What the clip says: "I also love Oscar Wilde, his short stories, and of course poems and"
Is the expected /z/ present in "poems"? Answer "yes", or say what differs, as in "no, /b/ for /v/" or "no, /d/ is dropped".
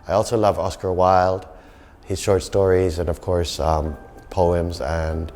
yes